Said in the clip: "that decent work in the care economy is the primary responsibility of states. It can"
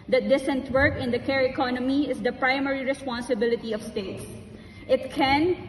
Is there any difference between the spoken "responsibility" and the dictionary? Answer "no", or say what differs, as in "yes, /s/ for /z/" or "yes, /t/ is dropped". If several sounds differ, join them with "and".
no